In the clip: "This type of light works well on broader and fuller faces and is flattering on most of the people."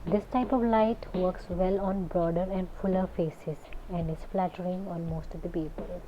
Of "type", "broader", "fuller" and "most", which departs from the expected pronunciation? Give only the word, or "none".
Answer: none